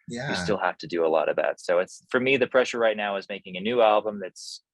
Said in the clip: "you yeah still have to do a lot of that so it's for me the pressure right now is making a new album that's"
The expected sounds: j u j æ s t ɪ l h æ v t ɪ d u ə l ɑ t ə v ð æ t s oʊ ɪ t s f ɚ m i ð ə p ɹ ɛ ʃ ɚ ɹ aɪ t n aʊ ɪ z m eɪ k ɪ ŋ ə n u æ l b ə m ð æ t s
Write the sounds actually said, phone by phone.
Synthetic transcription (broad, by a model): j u s t ɪ l h æ f t ɪ d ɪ ə l ɑ t ə v ð æ t s oʊ ɪ t s f ɚ m i ð ə p ɹ ɛ ʃ ɚ ɹ aɪ t n aʊ ɪ z m eɪ k ɪ ŋ ə n u æ l b ə m ð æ t s